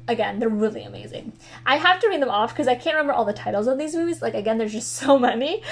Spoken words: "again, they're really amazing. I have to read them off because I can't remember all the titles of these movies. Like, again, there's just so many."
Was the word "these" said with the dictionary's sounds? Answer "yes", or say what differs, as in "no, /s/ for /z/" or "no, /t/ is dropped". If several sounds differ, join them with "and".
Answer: yes